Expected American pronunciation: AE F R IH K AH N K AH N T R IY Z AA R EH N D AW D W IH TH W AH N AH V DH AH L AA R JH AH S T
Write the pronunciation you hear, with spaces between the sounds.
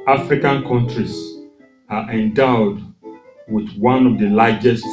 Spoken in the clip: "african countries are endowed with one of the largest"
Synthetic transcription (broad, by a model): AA F R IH K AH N K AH N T R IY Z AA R EH N D AW D W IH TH W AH N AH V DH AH L AA JH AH S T